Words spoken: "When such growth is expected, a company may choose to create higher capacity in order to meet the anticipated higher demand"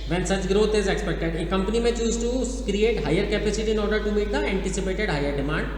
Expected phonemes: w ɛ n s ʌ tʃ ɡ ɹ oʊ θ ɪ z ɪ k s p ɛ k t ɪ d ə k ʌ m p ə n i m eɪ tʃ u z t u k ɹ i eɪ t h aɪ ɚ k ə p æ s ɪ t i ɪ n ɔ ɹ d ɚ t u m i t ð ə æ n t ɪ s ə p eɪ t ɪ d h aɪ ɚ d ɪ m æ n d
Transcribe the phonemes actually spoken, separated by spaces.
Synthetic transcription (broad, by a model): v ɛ n s ʌ tʃ ɡ ɹ oʊ t ɪ z ɪ k s p ɛ k t ɪ d ə k ʌ m p ə n i m eɪ tʃ u z t u k ɹ i eɪ t h aɪ ɚ k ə p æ s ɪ t i ɪ n ɔ ɹ d ɚ t u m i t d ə æ n t ɪ s ə p eɪ t ɪ d h aɪ ɚ d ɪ m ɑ n d